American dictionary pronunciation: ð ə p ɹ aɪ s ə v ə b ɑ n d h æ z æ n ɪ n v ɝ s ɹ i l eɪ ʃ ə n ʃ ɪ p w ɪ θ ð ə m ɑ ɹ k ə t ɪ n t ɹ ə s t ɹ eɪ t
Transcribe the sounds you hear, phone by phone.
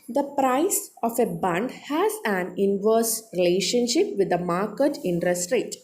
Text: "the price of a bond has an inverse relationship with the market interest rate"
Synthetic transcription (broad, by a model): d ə p ɹ aɪ s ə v ə b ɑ n d h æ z æ n ɪ n v ɝ s ɹ i l eɪ ʃ ə n ʃ ɪ p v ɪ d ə m ɑ ɹ k ə t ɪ n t ɹ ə s t ɹ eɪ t